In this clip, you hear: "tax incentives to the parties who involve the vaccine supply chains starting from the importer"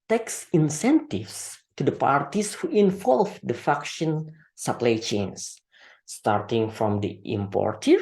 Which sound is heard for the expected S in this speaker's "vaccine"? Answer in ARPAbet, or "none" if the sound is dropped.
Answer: SH